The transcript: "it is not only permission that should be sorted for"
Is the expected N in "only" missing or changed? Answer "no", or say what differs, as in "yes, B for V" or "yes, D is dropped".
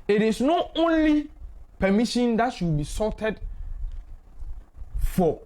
no